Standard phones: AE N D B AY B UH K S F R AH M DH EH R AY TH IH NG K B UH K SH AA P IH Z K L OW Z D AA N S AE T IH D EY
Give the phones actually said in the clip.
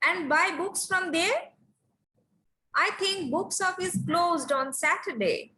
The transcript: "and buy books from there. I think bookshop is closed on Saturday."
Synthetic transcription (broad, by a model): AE N D B AY B UH K S F R AH M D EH R AY T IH NG K B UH K S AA F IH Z K L OW Z D AA N S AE T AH D EY